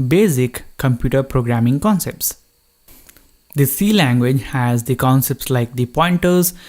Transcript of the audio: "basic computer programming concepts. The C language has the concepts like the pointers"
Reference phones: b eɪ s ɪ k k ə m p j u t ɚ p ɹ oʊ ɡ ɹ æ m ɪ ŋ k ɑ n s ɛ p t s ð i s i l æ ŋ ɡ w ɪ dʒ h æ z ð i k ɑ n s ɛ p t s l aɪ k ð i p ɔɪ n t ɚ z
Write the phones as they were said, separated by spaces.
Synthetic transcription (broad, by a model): b eɪ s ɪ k k ə m p j u t ɚ p ɹ oʊ ɡ ɹ æ m ɪ ŋ k ɑ n s ɛ p t s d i s i l æ ŋ ɡ w ɪ dʒ h æ z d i k ɑ n s ɛ p t s l aɪ k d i p ɔɪ n t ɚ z